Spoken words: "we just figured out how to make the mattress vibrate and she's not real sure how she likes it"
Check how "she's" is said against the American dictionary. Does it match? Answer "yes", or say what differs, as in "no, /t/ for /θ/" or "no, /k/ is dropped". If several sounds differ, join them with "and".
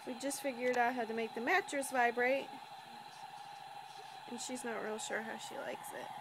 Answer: yes